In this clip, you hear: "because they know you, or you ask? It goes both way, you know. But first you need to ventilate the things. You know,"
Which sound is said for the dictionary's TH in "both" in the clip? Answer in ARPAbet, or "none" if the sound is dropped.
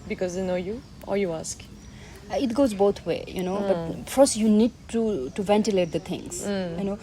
T